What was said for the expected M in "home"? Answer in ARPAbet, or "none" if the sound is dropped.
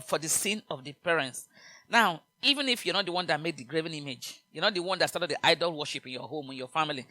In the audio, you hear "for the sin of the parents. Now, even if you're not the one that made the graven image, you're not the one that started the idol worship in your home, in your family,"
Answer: M